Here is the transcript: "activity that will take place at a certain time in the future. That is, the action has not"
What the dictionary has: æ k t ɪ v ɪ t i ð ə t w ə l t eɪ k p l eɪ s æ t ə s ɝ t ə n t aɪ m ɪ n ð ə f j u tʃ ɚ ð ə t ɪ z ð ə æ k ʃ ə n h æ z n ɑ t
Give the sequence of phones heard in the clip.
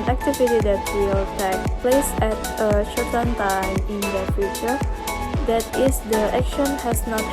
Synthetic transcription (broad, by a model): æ k t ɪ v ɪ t i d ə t w ə l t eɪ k p l eɪ s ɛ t ə ʃ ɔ t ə n t aɪ m ɪ n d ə f j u tʃ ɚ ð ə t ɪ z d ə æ k ʃ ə n h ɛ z n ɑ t